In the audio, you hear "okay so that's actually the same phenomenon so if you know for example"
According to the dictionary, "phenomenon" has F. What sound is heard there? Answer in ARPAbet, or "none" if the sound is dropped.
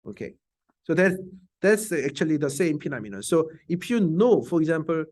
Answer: P